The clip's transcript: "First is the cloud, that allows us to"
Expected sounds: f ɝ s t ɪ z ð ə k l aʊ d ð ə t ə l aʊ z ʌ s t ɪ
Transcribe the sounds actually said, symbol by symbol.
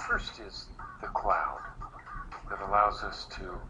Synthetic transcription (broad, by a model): f ɝ s t ɪ z ð ə k l aʊ d ð ə t ə l aʊ z ʌ s t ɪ